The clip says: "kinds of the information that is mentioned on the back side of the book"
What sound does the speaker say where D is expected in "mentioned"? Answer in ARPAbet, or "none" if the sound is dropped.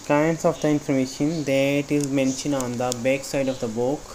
none